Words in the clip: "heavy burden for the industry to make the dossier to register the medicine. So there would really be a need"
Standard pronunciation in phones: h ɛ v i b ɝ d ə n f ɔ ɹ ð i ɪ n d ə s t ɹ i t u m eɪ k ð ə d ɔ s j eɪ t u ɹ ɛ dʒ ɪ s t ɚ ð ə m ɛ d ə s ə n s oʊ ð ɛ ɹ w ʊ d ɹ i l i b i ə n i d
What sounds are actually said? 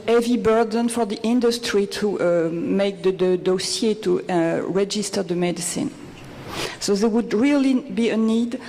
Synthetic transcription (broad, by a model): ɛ v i b ɝ d ə n f ɔ ɹ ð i ɪ n d ə s t ɹ i t u m eɪ k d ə d ɔ s j eɪ t u ɹ ɛ dʒ ɪ s t ɚ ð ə m ɛ d ə s ə n s oʊ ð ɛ w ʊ d ɹ i l i b i ə n i d